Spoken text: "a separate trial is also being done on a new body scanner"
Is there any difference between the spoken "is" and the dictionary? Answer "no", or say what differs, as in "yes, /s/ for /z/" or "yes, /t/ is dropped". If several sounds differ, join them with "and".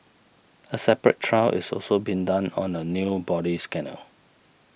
yes, /s/ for /z/